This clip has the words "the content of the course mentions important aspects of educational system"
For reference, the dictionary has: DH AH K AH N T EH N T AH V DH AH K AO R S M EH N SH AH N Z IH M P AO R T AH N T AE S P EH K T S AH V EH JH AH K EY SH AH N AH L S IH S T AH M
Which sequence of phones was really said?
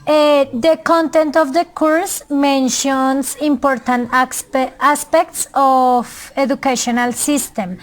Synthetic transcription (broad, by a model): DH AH K AH N T EH N T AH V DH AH K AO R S M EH N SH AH N S IH M P AO R T AH N T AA S P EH K T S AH F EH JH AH K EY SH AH N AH L S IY S T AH M